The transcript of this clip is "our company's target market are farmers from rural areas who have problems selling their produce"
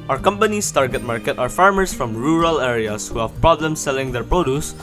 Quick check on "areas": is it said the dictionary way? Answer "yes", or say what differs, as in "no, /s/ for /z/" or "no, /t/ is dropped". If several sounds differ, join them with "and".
no, /s/ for /z/